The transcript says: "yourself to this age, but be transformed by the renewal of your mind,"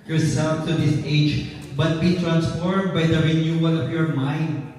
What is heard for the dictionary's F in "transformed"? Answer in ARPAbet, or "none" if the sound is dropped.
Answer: F